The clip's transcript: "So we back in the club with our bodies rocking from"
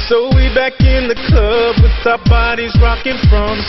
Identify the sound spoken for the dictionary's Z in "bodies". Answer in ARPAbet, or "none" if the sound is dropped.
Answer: Z